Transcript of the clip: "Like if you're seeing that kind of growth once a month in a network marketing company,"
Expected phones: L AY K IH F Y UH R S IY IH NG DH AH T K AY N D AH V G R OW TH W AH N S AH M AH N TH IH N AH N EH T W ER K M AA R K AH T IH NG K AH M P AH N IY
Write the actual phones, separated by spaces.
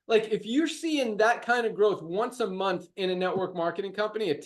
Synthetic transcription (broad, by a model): L AY K IH F Y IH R S IY IH NG DH AH T K AY N D AH V G R OW TH W AH N S AH M AH N TH IH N AH N EH T W ER K M AA R K AH T IH NG K AH M P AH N IY